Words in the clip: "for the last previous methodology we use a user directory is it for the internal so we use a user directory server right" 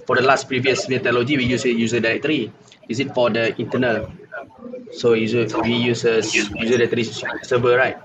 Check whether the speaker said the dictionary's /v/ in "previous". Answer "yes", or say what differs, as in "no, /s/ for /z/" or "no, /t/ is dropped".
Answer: yes